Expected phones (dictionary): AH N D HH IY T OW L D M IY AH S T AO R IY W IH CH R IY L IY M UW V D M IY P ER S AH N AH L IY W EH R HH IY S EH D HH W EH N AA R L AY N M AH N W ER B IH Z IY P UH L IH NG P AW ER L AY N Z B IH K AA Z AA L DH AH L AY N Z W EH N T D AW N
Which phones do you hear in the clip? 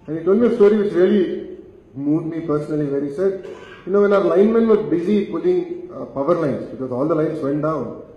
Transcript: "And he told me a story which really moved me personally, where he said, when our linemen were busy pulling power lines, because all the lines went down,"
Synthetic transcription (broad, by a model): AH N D HH IY T OW L D M IY AH S T AO R IY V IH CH R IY L IY M UW D M IY P ER S AH N AH L IY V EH R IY S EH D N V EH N AA R L AY N M AH N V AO B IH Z IY P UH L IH NG P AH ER L AY N S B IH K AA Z AA L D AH L AY N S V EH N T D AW N